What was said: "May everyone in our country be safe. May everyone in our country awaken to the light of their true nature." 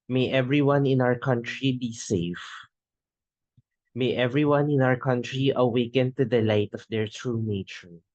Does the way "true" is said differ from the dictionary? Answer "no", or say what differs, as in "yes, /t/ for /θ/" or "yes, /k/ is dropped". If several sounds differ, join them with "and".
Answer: no